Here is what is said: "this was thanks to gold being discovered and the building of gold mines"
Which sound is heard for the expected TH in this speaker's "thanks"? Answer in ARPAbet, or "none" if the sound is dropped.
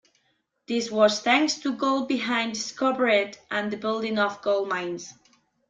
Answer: TH